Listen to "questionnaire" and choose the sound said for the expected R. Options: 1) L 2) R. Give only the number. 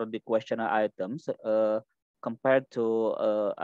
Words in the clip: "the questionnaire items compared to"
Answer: 1